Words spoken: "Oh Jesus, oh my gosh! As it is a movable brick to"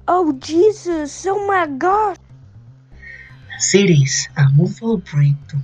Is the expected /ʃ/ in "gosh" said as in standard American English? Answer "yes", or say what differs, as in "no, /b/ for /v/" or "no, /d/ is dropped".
no, /ʃ/ is dropped